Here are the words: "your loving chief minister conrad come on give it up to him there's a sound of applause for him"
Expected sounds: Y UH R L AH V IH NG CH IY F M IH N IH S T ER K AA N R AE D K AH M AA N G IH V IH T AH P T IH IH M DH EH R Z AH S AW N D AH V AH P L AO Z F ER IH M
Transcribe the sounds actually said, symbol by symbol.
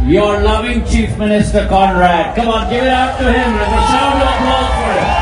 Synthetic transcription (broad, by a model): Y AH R L AH V IH NG CH IY F M IH N IH S T ER K AA N R AE D K AH M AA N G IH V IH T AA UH T IH IH M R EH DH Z AH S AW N AH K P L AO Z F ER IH